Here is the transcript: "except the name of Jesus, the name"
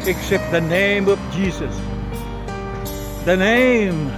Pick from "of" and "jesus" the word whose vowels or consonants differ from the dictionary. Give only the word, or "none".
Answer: none